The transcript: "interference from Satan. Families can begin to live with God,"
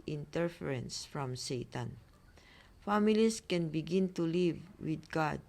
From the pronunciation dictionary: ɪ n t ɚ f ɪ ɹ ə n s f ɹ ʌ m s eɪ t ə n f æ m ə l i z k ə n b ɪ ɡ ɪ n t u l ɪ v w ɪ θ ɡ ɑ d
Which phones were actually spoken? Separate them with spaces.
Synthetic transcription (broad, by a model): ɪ n t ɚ f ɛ ɹ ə n s f ɹ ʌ m s eɪ t ə n f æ m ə l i s k ə n b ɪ ɡ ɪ n t u l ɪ v w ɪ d ɡ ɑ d